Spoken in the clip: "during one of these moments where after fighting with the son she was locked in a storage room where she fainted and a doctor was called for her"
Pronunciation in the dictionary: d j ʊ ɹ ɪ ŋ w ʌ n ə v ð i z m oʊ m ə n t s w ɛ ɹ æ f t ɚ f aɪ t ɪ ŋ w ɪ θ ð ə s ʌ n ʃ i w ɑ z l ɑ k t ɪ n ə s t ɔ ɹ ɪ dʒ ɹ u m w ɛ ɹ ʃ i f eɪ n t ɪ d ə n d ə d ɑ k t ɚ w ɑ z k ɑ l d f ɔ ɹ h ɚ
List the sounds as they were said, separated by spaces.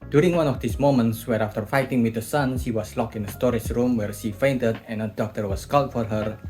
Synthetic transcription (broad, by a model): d j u ɹ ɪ ŋ w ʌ n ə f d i s m oʊ m ə n t s w ɛ ɹ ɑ f t ɚ f aɪ t ɪ ŋ w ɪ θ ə s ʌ n ʃ i w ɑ s l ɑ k ɪ n ə s t ɔ ɹ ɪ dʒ ɹ u m w ɛ ɹ ʃ i f eɪ n t ɪ d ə n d ə d ɑ k t ɚ w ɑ s k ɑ l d f ɔ ɹ h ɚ